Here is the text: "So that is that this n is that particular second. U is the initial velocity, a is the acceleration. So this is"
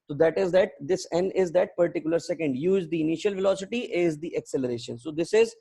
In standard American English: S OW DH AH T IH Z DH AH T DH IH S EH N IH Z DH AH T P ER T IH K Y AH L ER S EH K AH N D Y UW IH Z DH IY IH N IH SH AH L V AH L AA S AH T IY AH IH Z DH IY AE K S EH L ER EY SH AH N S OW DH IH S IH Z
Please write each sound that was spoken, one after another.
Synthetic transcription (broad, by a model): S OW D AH T IH Z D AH T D IH S EH N IH Z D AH T P ER T IH K Y AH L ER S EH K AH N D Y UW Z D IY IH N IH SH AH L V AH L AA S AH T IY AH IH Z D IY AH K S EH L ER EY SH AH N S OW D IH S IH Z